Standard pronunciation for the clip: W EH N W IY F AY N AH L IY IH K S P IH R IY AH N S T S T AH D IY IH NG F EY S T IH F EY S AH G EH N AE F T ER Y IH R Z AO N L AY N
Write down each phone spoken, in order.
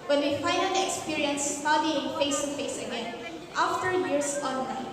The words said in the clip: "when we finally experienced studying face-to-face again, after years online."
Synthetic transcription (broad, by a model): W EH N W IY F AY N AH N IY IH K S P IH R IY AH N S S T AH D IY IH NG F EY S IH F EY S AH G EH N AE F T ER Y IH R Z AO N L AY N